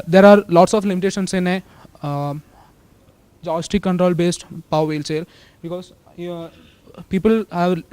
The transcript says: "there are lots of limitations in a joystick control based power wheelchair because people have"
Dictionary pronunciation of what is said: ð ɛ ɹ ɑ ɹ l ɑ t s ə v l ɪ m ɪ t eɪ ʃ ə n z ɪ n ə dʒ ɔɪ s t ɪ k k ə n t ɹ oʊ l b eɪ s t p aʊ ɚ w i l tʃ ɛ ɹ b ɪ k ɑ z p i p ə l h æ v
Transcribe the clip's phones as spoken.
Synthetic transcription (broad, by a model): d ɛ ɹ ɑ ɹ l ɑ t s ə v l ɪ m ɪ t eɪ ʃ ə n s ɪ n ə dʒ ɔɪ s t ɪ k k ə n t ɹ oʊ l b eɪ s t p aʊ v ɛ l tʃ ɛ l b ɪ k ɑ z p i p ə l h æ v